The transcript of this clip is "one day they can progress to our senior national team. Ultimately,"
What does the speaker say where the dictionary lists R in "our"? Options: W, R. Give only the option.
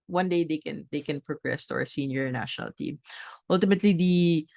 R